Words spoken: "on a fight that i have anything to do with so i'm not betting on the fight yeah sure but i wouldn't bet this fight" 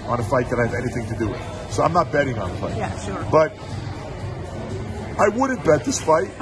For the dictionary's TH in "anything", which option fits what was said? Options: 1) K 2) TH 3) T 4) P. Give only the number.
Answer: 2